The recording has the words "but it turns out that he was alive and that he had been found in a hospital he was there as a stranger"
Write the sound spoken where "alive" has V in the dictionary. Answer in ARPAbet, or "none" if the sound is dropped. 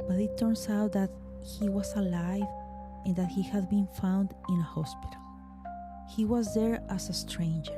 V